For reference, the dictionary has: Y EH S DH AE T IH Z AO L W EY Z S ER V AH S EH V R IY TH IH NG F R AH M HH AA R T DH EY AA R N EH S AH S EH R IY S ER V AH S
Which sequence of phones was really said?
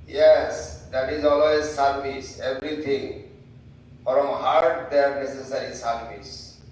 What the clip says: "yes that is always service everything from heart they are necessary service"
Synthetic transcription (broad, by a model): Y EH S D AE T IH Z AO L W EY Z S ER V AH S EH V R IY T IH NG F R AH M HH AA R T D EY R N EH S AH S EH R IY S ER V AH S